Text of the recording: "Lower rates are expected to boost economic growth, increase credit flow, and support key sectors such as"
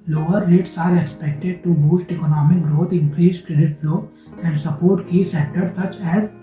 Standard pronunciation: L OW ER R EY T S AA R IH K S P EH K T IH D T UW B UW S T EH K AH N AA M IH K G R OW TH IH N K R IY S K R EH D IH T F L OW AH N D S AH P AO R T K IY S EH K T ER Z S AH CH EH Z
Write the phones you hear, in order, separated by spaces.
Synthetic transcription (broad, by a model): L OW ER L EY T S AA R IH K S P EH K T IH D T UW B UW S T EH K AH N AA M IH K G R OW T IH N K R IY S K R EH D IH T F L OW AH N D S AH P AO R T K IY S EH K T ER S AH CH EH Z